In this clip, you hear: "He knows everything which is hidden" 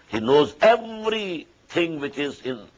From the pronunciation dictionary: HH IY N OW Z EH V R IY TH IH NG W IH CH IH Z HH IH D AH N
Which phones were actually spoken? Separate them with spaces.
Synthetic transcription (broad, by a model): HH IY N OW Z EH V R IY T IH NG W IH CH IH Z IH N